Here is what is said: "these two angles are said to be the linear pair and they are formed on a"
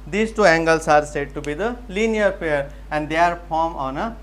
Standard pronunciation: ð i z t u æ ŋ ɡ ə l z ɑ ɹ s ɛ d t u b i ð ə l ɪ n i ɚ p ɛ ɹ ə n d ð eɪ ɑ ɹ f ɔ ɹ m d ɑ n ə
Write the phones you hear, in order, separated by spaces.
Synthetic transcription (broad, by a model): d i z t u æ ŋ ɡ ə l s ɑ ɹ s ɛ d t u b i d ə l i n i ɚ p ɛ ɹ ə n d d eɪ ɹ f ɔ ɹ m ɑ n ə